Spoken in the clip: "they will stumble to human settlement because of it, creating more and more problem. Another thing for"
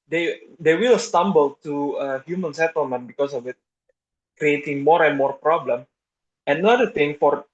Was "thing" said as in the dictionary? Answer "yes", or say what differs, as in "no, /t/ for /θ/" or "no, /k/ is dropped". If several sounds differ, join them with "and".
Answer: no, /t/ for /θ/